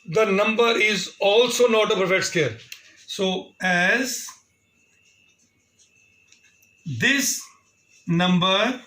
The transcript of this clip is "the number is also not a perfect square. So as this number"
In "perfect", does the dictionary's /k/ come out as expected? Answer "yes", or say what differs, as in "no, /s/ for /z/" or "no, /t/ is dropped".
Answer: no, /k/ is dropped